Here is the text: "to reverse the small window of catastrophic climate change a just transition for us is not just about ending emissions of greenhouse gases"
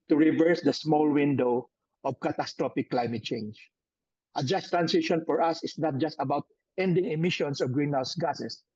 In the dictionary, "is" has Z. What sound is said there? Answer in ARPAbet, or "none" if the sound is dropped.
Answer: S